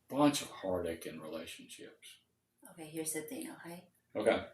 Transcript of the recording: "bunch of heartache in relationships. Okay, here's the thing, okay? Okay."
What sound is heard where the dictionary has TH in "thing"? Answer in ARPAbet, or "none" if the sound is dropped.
T